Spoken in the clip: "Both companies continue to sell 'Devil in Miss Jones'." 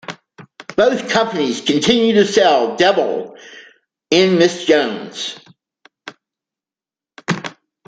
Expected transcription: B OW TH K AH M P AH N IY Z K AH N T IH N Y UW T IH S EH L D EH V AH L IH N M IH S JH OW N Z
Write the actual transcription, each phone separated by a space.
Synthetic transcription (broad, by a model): B OW TH K AH M P AH N IY Z K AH N T IH N Y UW T IH S EH L D EH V L IH N M IH S JH OW N Z